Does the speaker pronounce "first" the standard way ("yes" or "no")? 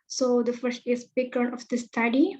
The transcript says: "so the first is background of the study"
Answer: yes